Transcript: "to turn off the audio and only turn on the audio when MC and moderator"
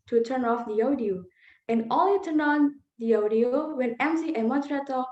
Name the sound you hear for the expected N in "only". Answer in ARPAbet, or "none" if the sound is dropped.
none